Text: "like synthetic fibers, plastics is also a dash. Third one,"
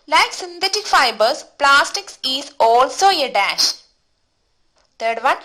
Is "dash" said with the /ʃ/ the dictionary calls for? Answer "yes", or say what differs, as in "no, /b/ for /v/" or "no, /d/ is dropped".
yes